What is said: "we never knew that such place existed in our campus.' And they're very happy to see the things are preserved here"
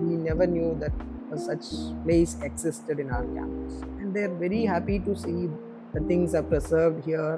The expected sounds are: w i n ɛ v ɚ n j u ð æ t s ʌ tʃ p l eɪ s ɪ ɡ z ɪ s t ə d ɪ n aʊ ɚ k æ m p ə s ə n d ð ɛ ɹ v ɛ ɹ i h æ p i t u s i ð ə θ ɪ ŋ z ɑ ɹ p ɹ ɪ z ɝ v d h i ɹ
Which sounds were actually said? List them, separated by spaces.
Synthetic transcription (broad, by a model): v i n ɛ v ɚ n j u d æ t s ʌ tʃ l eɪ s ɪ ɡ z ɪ s t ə d ɪ n aʊ ɚ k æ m ə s ə n d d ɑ ɹ v ɛ ɹ i h æ p i t u s i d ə t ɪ ŋ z ɑ ɹ p ɹ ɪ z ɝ v d h i ɹ